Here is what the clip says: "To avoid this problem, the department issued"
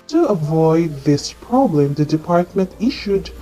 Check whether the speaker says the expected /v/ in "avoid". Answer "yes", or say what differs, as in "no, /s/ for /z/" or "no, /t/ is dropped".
yes